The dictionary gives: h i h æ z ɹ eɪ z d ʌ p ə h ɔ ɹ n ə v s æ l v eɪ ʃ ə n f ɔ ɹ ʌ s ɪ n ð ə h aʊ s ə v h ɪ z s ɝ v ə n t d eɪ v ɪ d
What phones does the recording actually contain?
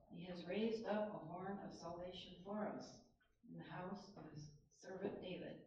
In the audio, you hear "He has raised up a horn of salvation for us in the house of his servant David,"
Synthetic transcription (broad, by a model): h i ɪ z ɹ eɪ z d ʌ p ə h ɔ ɹ n ə v s æ l v eɪ ʃ ə n f ɔ ɹ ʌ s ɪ n ð ə h aʊ s ə v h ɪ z s ɝ v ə n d eɪ v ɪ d